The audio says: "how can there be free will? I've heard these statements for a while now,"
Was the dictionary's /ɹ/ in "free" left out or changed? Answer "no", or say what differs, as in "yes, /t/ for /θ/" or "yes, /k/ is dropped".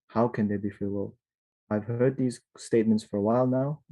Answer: yes, /ɹ/ is dropped